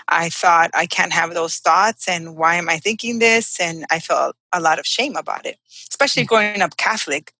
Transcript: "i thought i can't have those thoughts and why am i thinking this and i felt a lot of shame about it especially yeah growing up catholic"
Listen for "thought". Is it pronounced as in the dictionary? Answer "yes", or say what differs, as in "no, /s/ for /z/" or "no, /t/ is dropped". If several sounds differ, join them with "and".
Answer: yes